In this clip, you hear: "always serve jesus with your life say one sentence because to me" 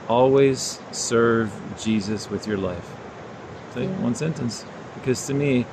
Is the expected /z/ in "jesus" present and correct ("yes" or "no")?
yes